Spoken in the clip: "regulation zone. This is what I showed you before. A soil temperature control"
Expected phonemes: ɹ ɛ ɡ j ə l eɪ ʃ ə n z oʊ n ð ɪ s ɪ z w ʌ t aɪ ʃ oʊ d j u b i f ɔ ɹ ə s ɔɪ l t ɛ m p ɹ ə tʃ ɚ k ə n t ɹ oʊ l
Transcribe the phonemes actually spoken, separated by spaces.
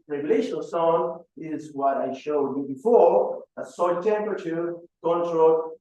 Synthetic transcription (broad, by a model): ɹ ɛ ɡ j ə l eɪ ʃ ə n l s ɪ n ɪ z w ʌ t aɪ ʃ oʊ d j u b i f ɔ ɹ ə s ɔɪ n t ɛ m p ɹ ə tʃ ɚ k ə n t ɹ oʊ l